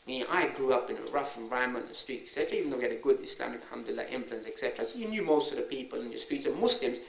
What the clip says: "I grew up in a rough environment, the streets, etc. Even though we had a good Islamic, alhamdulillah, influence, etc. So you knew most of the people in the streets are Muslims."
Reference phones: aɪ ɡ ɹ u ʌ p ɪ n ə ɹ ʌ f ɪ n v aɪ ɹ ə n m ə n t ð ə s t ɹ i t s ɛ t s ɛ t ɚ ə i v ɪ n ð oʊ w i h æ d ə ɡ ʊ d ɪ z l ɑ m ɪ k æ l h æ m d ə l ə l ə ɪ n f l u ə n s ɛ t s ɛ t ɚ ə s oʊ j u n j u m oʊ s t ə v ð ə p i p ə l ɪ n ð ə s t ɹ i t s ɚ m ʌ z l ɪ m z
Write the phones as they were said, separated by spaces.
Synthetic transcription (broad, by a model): aɪ ɡ ɹ u ʌ p ɪ n ə ɹ ʌ f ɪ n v aɪ ə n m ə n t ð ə s t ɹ i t ɛ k s ɛ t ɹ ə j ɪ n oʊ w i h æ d ə ɡ ʊ d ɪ s l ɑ m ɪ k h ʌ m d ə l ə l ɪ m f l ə n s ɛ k s ɛ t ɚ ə s oʊ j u n j u m oʊ s t ə v ð ə p i p ə l ɪ n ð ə s t ɹ i t s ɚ m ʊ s l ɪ m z